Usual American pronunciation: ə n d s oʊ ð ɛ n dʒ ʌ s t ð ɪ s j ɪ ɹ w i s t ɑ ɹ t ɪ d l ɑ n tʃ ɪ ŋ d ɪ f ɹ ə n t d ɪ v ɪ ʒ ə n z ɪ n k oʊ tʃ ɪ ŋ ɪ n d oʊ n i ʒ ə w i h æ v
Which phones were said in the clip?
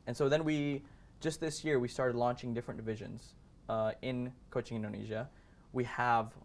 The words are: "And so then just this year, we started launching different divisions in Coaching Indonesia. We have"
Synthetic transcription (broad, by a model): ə n s oʊ ð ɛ n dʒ ʌ s t ð ɪ s j ɪ ɹ w i s t ɑ ɹ t ɪ d l ɑ n tʃ ɪ ŋ d ɪ f ɹ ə n d ɪ v ɪ ʒ ə n z ɪ n k oʊ tʃ ɪ ŋ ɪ n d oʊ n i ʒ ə w i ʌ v